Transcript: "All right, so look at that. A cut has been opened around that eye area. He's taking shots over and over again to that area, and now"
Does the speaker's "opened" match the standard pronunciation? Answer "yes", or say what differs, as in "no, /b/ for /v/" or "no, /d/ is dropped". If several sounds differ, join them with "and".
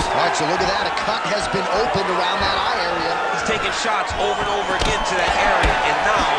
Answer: yes